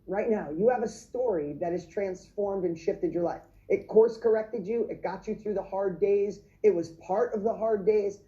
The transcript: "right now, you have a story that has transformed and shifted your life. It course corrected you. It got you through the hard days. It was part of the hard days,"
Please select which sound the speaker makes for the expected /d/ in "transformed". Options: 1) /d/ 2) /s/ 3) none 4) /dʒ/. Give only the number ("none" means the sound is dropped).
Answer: 1